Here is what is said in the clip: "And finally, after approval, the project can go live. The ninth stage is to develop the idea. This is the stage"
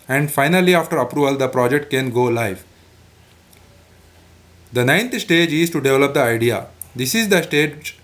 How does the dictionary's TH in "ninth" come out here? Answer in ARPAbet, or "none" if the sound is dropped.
T